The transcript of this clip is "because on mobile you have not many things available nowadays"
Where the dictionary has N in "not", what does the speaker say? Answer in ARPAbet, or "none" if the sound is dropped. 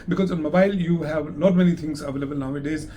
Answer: L